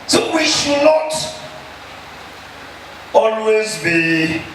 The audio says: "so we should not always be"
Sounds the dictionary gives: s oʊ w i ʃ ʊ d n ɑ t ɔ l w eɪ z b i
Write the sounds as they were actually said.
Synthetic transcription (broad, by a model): s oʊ w i ʃ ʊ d n ɑ t ɔ l w eɪ z b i